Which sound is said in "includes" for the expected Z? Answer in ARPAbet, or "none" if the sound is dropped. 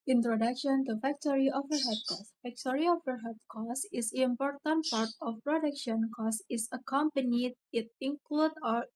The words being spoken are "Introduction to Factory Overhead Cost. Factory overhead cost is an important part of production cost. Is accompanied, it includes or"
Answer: none